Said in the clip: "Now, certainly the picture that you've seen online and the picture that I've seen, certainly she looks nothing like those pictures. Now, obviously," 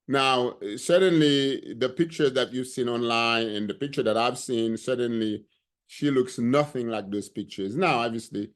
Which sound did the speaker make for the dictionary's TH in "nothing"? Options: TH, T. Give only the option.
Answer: TH